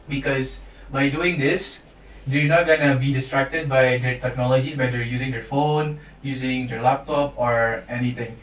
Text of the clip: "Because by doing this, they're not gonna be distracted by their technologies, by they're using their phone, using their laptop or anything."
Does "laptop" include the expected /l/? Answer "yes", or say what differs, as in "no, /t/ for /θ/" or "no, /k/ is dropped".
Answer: yes